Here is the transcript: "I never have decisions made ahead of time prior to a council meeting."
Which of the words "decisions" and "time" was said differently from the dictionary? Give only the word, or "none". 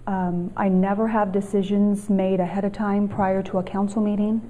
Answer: none